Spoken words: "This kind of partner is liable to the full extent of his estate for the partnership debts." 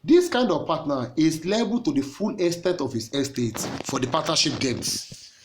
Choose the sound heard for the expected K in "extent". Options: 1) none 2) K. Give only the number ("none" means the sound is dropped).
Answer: 1